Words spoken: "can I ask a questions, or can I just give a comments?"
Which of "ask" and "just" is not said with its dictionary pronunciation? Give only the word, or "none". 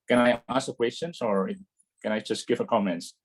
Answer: ask